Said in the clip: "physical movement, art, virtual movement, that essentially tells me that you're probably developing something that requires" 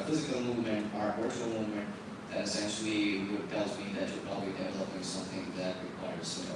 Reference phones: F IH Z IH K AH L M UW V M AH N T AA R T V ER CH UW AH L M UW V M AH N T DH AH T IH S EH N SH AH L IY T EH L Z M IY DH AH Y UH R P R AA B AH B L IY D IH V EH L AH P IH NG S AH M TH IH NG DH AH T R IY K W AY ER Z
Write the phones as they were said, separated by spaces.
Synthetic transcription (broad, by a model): F IH Z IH K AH L M UW V M AH N T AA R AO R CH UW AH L M UW V M AH N T DH AH T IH S EH N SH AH W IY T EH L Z M IY DH AH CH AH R P R AA B AH B L IY D IH V EH L AH P IH NG S AH M TH IH NG DH AH T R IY K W AY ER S